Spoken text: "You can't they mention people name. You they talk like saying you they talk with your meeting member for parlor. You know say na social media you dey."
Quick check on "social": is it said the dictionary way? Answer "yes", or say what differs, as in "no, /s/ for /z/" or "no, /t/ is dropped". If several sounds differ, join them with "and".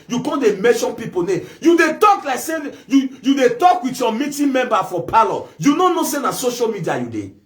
yes